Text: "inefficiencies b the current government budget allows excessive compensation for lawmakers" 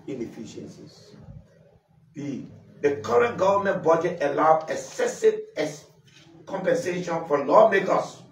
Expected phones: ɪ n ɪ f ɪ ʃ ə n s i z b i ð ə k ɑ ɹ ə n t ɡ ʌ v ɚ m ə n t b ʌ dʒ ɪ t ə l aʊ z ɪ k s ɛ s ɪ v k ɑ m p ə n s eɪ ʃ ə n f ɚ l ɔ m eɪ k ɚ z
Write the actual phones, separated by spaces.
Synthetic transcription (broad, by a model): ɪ n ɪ f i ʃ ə n s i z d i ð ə k ɑ ɹ ə n t ɡ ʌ v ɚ m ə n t b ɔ dʒ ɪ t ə l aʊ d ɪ s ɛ s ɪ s k ɑ m p ə n s eɪ ʃ ə n f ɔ l ɔ m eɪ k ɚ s